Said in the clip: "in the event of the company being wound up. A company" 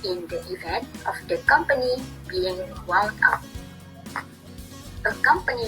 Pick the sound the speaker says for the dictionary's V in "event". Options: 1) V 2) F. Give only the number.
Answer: 1